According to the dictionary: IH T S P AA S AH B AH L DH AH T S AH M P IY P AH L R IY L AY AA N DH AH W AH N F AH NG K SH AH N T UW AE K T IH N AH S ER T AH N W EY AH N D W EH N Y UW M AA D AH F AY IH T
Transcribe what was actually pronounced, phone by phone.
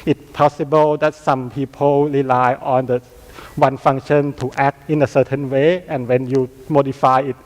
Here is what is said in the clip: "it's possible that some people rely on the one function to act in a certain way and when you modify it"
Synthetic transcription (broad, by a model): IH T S P AA S AH B AH L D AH T S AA M P IY P AH L R IY L AY AA N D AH W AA N F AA NG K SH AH N T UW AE K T IH N AH S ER T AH N W EY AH N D W EH N Y UW M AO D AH F AY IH T